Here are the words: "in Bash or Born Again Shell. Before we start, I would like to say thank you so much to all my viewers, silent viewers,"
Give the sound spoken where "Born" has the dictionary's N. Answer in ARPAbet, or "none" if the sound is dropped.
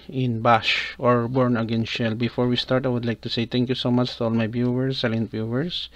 N